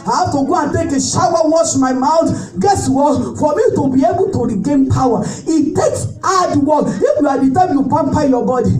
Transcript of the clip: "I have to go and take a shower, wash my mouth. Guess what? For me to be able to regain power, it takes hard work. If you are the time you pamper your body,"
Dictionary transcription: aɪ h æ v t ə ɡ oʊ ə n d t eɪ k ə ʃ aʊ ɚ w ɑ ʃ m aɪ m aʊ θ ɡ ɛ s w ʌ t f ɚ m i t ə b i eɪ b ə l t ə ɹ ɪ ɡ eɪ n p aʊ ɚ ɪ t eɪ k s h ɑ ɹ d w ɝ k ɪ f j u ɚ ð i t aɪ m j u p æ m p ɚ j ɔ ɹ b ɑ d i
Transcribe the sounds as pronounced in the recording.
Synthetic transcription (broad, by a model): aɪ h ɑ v t ə ɡ oʊ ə n t eɪ k ə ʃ aʊ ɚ w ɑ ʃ m aɪ m aʊ t ɡ ɛ s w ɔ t f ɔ m i t ə b i eɪ b ə l t ə ɹ ɪ ɡ eɪ n p aʊ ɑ ɪ t eɪ k s ɑ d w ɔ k ɪ f j u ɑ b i t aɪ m j u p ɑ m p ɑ j ɔ b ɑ d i